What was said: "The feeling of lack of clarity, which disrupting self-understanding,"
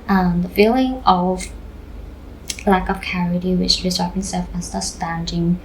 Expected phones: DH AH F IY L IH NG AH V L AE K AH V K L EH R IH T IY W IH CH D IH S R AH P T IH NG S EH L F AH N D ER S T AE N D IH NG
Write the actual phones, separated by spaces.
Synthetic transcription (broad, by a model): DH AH F IY L IH NG AH V L AE K AH V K EH R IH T IY W IH CH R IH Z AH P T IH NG S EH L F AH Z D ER S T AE N D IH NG